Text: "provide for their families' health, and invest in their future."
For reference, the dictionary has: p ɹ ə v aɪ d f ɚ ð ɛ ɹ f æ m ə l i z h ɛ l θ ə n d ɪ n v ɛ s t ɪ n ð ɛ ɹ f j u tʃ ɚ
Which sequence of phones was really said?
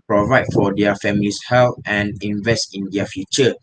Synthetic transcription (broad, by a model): p ɹ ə v aɪ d f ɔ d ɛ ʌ f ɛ m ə l i s h ɛ l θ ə n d ɪ n v ɛ s t ɪ n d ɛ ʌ f j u tʃ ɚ